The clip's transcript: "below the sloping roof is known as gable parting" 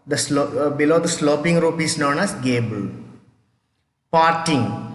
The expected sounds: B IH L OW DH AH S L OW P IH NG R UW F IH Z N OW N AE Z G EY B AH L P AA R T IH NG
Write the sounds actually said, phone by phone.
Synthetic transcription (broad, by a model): B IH L OW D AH S L OW P IH NG R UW P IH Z N OW N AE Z G EY B AH L P AA R T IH NG